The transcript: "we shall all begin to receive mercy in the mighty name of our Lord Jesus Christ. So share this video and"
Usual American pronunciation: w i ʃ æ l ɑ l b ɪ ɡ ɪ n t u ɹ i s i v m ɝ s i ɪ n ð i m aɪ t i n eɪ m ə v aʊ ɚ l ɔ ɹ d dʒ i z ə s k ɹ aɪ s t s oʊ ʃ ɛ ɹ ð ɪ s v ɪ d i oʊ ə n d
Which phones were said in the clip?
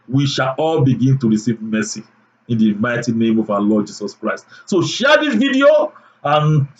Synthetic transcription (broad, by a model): w i ʃ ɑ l ɑ l b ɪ ɡ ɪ n t u ɹ i s i v m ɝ s i ɪ n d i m aɪ t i n eɪ m ə v aʊ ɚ l ɔ d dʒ i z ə s k ɹ aɪ s t s oʊ ʃ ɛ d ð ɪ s v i d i oʊ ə n